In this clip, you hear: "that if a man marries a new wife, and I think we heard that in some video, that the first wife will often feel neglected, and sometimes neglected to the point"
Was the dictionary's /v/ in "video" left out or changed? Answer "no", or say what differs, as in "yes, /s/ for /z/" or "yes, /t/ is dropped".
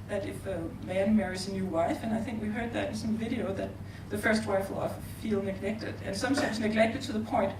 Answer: no